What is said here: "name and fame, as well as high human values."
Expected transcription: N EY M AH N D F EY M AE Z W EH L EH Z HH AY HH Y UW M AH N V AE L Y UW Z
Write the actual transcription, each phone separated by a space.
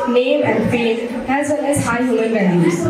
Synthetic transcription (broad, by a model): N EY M AH N D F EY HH AE Z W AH N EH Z HH AY HH Y UW M AH N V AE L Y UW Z